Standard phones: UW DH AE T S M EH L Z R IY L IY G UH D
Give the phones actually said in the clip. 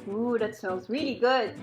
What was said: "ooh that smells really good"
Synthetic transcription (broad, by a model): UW DH AE T S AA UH N Z R IY L IY G UH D